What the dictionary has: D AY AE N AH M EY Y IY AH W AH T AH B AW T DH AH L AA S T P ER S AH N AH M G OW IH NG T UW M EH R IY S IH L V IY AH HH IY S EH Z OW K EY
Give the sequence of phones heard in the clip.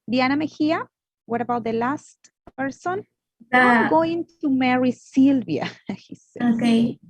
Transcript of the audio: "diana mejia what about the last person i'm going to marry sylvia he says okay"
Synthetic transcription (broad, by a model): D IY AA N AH M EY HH IY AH W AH T AH B AW T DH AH L AA S T P ER S AH N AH G OW IH NG T UW M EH R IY S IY L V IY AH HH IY S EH OW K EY